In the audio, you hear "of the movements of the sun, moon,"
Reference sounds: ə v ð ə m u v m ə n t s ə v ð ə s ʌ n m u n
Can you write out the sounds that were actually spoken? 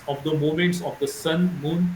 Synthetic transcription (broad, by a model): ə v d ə m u m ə n t s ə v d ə s ʌ n m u n